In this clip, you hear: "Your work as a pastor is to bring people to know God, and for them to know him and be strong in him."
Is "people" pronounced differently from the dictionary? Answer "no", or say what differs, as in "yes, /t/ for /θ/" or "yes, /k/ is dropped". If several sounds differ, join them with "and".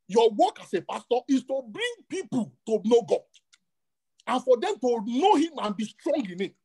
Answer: no